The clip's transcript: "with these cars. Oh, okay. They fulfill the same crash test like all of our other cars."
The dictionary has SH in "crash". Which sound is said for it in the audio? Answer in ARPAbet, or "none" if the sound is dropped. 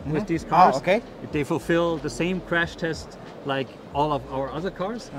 SH